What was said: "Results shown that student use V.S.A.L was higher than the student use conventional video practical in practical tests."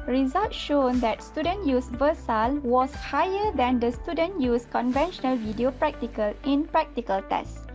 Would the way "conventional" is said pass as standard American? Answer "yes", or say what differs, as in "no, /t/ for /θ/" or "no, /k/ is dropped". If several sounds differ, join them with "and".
yes